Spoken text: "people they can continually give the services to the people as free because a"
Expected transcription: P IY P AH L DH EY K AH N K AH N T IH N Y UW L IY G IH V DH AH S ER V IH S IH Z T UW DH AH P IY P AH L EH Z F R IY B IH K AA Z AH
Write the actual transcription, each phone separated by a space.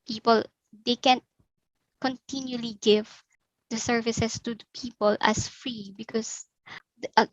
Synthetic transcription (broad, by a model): P IY P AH L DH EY K AH N K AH N T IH N Y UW L IY G IH V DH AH S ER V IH S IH S T UW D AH P IY P AH L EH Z F R IY B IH K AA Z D